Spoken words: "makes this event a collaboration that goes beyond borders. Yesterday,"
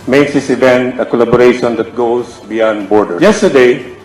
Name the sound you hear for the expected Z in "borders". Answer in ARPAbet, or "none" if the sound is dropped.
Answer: none